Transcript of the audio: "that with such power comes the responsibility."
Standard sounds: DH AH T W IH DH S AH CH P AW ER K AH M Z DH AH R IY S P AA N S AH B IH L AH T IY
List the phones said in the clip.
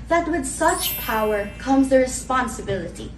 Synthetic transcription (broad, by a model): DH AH T W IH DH S AH CH P AW ER K AH M Z DH AH R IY S P AA N S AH B IH L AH T IY